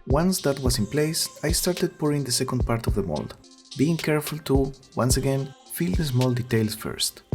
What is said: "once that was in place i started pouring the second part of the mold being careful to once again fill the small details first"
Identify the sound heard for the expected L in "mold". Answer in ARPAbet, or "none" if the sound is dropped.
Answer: L